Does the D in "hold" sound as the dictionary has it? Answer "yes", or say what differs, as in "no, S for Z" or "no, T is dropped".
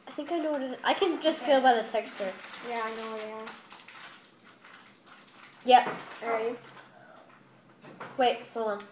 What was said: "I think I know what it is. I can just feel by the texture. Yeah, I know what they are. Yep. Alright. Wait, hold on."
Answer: no, D is dropped